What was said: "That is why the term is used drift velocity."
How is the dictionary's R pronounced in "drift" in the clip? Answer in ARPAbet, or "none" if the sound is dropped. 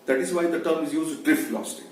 R